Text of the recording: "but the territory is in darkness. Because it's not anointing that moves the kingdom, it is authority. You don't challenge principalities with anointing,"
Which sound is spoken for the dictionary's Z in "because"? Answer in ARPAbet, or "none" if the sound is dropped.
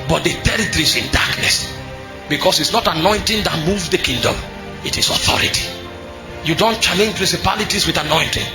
S